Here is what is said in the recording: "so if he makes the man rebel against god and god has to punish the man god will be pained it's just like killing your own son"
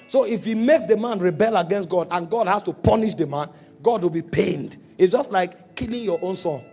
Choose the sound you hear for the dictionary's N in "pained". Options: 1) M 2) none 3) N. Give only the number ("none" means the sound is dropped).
3